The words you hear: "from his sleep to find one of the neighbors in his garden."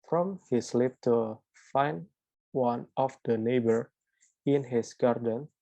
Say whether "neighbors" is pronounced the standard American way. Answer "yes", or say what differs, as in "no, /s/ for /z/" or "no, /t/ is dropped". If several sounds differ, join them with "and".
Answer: no, /z/ is dropped